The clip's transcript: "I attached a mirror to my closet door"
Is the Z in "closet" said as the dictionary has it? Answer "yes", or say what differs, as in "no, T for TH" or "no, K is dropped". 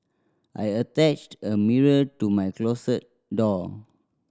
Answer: no, S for Z